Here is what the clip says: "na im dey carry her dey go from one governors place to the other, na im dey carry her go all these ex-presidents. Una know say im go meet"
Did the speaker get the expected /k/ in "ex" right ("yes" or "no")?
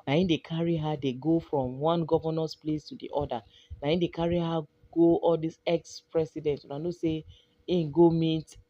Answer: yes